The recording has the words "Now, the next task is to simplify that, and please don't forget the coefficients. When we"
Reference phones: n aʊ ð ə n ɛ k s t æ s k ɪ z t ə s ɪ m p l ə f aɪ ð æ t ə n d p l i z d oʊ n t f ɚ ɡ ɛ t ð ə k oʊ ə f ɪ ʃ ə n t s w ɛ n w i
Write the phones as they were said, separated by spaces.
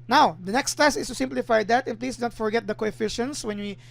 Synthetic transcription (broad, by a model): n aʊ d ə n ɛ k s t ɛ s ɪ s t ə s ɪ m p l ə f aɪ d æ t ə n p l i s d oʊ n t f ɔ ɡ ɛ t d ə k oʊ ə f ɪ ʃ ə n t s w ɛ n w i